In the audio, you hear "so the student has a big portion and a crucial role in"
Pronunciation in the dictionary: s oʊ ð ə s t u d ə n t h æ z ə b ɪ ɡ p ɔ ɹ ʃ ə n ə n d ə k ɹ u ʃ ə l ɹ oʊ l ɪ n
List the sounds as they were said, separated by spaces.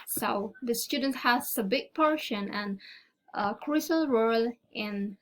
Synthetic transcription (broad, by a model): s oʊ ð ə s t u d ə n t h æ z ə b ɪ ɡ p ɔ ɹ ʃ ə n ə n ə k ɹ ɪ s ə l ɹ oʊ l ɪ n